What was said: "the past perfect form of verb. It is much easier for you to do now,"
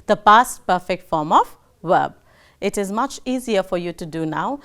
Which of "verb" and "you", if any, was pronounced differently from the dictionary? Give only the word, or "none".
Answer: verb